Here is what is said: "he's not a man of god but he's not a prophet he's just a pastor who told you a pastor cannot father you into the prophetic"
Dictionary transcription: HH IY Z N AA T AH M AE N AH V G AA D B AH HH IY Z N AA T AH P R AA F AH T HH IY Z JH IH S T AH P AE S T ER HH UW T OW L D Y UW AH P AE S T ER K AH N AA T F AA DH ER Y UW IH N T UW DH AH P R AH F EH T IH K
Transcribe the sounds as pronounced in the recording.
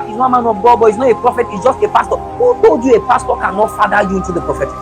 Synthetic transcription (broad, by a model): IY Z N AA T AH M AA N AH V G AA D B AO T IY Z N AA T AH P R AA F AH T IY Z JH IH S T AH P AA S T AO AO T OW D Y UW AH P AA S T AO K AH N AA T F AA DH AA Y UW IH N T UW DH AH P R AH F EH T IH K